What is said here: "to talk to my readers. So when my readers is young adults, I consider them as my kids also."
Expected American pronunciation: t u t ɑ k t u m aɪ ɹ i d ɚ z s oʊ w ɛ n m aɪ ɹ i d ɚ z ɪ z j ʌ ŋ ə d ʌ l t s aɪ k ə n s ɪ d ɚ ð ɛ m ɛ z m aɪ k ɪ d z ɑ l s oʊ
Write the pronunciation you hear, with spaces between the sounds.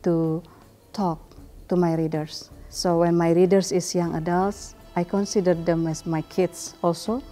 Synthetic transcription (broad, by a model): t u t ɑ k t u m aɪ ɹ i d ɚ s oʊ w ɛ n m aɪ ɹ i d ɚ s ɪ s j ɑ ŋ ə d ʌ l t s aɪ k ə n s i d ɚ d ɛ m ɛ s m aɪ k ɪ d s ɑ l s oʊ